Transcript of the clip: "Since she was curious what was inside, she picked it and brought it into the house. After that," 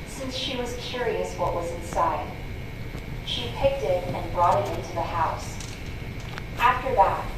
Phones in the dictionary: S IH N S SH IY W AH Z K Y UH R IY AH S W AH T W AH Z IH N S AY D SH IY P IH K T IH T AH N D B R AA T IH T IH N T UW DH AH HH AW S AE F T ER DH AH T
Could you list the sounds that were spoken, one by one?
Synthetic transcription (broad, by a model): S IH N S SH IY W AH Z K Y UH R IY AH S W AH T W AH Z IH N S AY D SH IY P IH K T IH T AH N B R AA T IH T IH N T UW DH AH HH AW S AE F T ER DH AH T